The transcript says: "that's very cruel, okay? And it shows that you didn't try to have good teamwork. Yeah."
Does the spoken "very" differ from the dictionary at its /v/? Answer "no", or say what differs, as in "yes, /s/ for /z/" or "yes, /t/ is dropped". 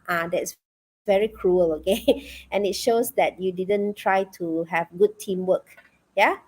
no